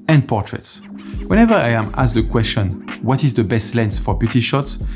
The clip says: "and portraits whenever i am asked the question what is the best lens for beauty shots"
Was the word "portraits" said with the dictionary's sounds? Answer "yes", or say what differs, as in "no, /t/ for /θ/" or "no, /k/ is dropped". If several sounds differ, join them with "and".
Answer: yes